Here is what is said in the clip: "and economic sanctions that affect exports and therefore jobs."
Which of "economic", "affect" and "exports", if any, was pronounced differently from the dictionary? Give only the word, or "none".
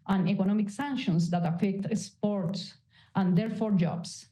exports